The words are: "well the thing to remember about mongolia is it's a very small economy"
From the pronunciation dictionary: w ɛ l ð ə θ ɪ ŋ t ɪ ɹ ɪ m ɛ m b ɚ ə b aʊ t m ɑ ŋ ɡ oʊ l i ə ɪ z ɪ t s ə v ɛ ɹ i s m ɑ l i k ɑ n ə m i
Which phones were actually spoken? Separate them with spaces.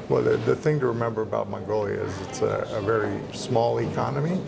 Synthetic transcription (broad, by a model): w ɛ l ð ə θ ɪ ŋ t ɪ ɹ ɪ m ɛ m b ɚ ə b aʊ t m ɑ ŋ ɡ oʊ l i ə ɪ z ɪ t s ə v ɛ ɹ i s m ɑ l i k ɑ n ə m i